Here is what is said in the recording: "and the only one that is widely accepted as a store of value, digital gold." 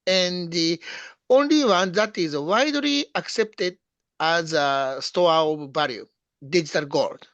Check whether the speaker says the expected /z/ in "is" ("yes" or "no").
yes